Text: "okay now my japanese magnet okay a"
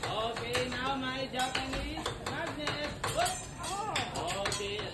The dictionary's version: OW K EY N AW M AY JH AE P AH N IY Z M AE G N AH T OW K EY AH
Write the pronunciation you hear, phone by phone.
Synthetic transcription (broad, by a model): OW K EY N AW M AY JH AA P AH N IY M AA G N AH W OW K EY